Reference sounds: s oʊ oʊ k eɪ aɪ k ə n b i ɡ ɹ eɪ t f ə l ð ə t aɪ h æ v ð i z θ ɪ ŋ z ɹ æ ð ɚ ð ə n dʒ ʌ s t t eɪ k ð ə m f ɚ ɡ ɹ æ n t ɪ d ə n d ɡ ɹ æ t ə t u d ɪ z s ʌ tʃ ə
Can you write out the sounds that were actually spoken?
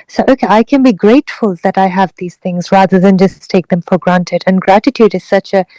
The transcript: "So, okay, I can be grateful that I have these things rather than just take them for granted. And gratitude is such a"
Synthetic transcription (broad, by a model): s oʊ oʊ k eɪ aɪ k ə n b i ɡ ɹ eɪ t f ə l ð ə t aɪ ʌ v ð i z θ ɪ ŋ z ɹ æ ð ɚ ð ə n dʒ ʌ s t t eɪ k ð ə m f ɚ ɡ ɹ æ n t ɪ d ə n ɡ ɹ æ t ə t u d ɪ z s ʌ tʃ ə